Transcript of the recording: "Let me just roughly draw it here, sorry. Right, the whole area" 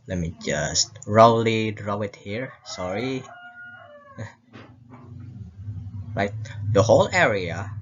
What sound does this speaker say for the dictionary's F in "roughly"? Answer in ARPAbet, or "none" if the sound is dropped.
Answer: none